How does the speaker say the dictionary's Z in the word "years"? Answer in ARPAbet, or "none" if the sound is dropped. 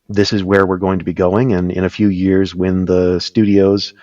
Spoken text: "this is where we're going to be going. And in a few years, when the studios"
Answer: Z